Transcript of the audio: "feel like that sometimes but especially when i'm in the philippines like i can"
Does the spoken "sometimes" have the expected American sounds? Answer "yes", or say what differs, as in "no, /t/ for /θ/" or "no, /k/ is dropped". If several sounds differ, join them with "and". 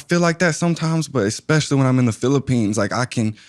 yes